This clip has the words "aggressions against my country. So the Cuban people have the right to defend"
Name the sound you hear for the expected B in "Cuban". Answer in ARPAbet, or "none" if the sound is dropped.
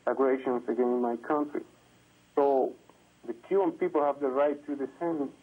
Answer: none